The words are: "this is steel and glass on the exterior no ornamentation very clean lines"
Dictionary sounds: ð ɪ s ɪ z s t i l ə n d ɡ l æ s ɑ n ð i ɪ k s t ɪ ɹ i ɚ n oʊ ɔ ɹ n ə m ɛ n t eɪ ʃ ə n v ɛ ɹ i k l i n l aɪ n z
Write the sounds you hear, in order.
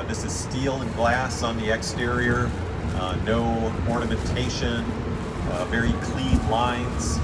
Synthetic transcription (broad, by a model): ð ɪ s ɪ z s t i l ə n ɡ l æ s n ð i ɪ k s t ɪ ɹ i ɚ n oʊ ɔ ɹ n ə m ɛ n t eɪ ʃ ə n v ɛ ɹ i k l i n l aɪ n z